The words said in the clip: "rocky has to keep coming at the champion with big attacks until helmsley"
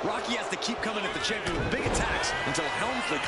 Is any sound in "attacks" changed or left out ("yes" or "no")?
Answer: no